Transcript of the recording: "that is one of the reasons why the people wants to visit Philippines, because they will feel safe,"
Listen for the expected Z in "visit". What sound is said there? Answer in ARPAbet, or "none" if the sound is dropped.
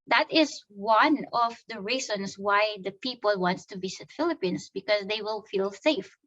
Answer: S